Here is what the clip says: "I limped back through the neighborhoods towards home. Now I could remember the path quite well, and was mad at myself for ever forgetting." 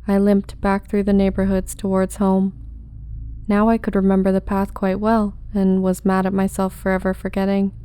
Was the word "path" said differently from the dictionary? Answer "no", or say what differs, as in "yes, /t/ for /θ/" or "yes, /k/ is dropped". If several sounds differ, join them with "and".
no